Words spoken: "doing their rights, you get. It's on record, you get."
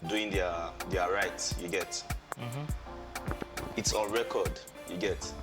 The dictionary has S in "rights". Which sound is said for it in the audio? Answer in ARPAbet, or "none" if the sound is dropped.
none